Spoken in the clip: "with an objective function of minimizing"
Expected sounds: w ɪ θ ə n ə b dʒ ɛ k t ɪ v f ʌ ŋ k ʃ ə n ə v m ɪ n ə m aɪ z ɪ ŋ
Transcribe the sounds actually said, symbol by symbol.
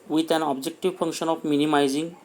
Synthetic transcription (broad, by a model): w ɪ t ə n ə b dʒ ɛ k t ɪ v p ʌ ŋ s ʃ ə n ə p m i n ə m aɪ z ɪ ŋ